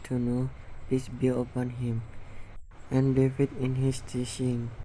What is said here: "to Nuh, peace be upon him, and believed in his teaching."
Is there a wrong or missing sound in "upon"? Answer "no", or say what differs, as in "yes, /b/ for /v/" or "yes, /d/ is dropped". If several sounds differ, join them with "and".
no